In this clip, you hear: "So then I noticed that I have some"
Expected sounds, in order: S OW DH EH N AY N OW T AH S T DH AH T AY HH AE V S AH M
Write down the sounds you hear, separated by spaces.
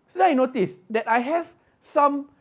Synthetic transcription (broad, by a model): S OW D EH AY N OW T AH S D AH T AY HH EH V S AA M